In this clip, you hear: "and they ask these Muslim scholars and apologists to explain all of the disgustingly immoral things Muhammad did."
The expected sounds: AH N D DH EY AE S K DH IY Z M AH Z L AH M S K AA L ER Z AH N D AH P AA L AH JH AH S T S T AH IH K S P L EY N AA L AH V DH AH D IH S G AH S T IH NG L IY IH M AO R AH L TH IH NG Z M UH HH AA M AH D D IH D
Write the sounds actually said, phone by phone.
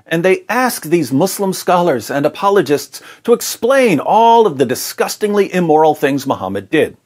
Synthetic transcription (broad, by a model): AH N DH EY AE S K DH IY Z M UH S L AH M S K AA L ER Z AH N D AH P AA L AH JH AH S T S T AH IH K S P L EY N AA L AH V DH AH D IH S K AH S T IH NG L IY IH M AO R L TH IH NG Z M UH HH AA M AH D D IH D